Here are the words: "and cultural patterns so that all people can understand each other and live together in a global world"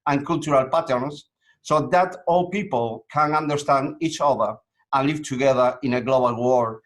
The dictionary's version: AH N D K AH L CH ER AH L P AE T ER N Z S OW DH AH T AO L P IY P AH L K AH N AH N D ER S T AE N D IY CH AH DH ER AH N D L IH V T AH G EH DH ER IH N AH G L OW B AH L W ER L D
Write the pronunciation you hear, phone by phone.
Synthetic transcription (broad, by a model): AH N K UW L CH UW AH L P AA T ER N S OW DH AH T AO L P IY P AH L K AH N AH N D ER S T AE N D IY CH AH DH ER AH N L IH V T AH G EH DH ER IH N AH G L OW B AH L W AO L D